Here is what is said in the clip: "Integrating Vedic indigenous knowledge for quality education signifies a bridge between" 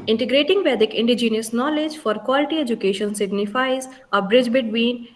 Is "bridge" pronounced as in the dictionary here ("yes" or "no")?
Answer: yes